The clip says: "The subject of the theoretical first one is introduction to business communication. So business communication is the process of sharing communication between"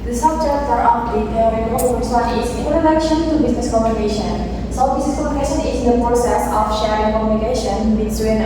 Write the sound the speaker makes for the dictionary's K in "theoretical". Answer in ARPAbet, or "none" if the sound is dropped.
none